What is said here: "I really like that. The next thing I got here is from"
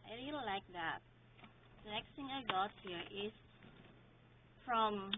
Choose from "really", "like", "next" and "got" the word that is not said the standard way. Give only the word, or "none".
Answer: really